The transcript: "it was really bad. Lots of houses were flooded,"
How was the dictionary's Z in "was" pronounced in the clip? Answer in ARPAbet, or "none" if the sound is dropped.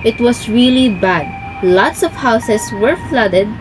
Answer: S